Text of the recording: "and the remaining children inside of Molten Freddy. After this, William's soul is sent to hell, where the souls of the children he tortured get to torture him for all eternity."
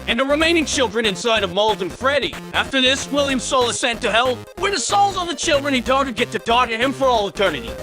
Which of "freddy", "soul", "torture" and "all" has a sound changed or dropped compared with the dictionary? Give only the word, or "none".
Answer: torture